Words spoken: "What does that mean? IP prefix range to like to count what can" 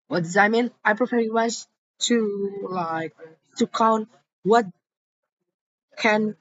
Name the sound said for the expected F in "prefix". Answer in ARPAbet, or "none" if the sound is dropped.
P